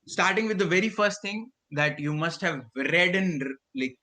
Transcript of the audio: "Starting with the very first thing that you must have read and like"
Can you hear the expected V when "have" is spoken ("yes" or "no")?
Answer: yes